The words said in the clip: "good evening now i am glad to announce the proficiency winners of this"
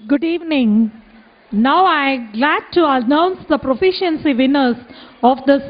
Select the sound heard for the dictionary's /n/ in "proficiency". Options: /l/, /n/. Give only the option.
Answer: /n/